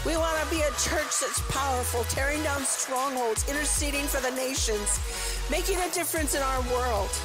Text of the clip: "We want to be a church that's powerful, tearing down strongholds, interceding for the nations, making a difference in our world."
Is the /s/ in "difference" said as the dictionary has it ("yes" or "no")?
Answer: yes